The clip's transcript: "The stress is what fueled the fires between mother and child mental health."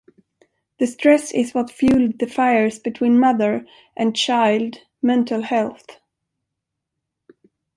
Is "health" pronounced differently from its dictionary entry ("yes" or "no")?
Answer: no